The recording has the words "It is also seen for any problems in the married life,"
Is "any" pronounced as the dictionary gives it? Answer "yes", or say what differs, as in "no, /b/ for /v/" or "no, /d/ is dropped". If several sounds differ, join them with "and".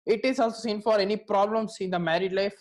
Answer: yes